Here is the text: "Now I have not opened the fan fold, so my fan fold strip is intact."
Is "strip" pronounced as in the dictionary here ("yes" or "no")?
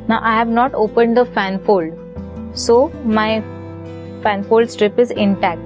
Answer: yes